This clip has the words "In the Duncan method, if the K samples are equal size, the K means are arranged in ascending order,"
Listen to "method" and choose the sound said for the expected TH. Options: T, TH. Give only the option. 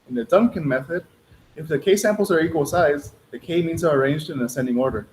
TH